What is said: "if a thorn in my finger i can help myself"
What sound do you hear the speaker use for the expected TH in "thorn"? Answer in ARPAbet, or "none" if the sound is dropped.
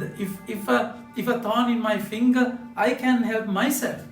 F